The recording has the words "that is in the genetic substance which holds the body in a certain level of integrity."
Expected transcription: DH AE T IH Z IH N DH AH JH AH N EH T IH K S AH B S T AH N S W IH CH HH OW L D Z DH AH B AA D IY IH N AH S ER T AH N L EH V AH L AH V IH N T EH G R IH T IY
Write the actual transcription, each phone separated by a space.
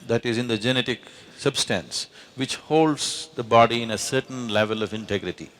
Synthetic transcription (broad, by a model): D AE T IH Z IH N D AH JH AH N EH T IH K S AH B S T AH N S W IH CH HH OW L D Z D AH B AA D IY IH N AH S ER T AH N L EH V AH L AH V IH N T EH G R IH T IY